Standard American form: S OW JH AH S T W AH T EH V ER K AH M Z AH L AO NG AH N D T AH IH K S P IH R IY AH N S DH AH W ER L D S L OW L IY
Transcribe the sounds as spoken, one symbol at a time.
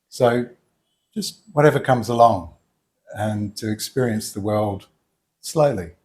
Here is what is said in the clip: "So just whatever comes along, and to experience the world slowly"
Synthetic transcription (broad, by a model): S OW JH AH S T W AH T EH V ER K AH M Z AH L AO NG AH N T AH IH K S P IH R IY AH N S DH AH W ER L D S L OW L IY